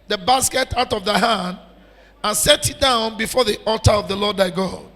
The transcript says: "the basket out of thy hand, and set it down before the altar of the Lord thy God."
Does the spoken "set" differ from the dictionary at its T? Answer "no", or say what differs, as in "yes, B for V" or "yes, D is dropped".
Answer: no